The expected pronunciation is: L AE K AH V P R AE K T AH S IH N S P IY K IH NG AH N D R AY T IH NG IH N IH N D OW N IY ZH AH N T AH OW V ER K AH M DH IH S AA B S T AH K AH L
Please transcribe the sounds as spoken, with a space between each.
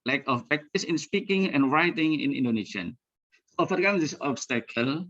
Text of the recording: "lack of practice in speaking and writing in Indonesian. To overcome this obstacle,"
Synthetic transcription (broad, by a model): L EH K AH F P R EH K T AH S IH N S P IY K IH NG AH N R AY T IH NG IH N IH N D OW N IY SH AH N S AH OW F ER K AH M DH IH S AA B S T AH K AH L